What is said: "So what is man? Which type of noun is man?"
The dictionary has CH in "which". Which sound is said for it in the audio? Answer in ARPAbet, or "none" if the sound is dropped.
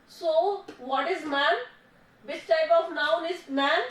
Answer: S